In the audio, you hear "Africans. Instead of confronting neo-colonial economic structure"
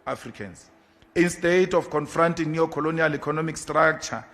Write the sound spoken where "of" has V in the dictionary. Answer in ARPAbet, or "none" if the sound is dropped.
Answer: F